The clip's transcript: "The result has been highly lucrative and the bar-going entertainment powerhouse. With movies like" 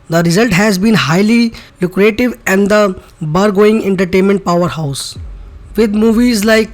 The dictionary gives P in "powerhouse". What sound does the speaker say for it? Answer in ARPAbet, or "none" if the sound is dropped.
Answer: P